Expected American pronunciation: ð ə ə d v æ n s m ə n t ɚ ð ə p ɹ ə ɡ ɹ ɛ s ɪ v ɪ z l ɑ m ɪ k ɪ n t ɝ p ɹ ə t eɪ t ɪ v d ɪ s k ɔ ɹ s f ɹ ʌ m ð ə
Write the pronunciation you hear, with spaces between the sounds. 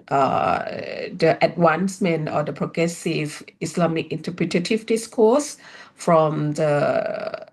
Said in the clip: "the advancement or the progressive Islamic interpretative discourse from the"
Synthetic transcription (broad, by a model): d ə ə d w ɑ n s m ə n ɔ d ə p ɹ ə ɡ ɹ ɛ s ɪ v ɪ s l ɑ m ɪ k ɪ n t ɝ p ɹ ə t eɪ t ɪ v d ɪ s k ɔ s f ɹ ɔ m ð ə